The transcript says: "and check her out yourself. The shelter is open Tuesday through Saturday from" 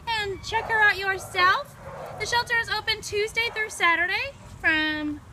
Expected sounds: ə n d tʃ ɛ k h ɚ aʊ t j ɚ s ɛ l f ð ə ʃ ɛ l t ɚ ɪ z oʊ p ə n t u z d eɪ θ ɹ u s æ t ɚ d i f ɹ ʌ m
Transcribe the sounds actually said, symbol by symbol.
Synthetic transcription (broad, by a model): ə n tʃ ɛ k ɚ aʊ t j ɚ s ɛ l f ð ə ʃ ɛ l t ɚ ɪ z oʊ p ə n t u z d eɪ θ ɹ u s æ t ɚ d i f ɹ ʌ m